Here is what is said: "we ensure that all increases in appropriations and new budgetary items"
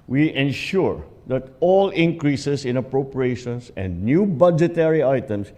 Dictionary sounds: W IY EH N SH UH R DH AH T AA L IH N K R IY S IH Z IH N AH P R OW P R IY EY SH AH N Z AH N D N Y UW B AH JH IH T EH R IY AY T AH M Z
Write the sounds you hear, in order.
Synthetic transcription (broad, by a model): W IY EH N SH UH R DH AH T AA L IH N K R IY S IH S IH N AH P R OW P R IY EY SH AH N S AH N D N Y UW B AH JH IH T EH R IY AY T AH M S